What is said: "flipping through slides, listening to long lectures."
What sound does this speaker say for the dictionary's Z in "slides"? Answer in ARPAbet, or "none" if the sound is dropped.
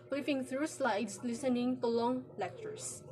S